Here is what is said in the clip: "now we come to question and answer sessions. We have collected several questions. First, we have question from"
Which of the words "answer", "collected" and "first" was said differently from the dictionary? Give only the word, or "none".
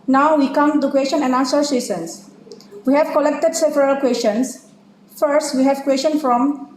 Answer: answer